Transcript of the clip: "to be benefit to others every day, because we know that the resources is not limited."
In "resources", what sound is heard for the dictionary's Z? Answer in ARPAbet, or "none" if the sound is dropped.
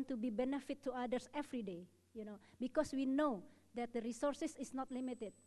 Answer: S